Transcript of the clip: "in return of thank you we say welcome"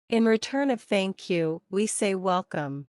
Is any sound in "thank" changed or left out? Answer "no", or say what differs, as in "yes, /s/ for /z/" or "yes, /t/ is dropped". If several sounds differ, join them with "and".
no